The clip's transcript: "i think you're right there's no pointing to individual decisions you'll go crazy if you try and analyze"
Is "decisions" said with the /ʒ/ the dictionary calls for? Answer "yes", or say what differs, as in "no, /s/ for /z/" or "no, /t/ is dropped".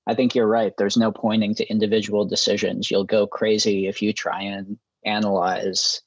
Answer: yes